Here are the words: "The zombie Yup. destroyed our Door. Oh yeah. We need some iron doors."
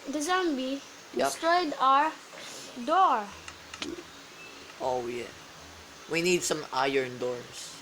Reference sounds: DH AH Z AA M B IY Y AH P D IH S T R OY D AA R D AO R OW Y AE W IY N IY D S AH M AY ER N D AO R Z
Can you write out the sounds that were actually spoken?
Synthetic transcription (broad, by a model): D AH Z AA M B IY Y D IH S T R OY D AA R D AO R OW Y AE W IY N IY D S AH M AY ER N D AO R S